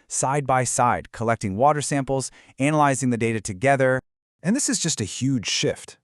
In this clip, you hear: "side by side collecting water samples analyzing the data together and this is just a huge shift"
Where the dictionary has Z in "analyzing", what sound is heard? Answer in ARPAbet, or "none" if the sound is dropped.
Z